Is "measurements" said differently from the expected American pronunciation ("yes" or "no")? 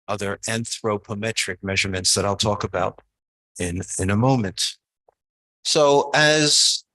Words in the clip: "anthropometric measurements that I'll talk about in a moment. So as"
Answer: no